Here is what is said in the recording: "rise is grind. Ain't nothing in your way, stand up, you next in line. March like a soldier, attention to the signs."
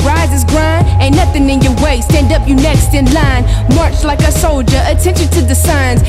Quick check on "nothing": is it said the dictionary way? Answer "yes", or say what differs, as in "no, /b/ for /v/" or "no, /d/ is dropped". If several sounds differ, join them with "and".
yes